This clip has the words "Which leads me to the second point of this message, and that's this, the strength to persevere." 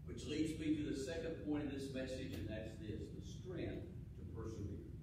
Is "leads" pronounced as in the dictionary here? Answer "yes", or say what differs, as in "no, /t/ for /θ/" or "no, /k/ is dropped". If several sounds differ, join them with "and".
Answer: yes